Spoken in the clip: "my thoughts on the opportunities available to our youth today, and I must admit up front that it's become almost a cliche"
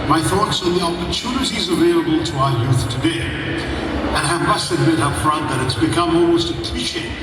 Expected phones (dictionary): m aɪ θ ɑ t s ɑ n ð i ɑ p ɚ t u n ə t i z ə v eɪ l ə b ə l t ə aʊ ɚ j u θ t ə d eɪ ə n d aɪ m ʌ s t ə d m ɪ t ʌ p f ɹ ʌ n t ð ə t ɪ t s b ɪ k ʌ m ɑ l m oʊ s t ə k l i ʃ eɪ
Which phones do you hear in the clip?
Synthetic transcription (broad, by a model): m aɪ θ ɑ t s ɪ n ð i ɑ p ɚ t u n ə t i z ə v eɪ l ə b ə l t ə aʊ ɚ j u θ t ə d eɪ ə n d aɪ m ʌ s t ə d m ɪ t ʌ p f ɹ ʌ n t ð ə t ɪ t s b ɪ k ʌ m ɑ l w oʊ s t ə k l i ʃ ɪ